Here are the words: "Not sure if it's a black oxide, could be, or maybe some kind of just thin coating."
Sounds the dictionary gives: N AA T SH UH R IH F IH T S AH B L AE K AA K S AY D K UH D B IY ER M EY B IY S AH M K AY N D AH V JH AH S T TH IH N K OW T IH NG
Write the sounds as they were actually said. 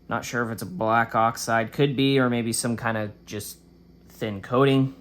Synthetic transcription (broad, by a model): N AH T SH UH R IH F IH T S AH B L AE K AA K S AY D K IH D B IY ER M EY B IY S AH M K AY N D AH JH AH S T TH IH N K OW T IH NG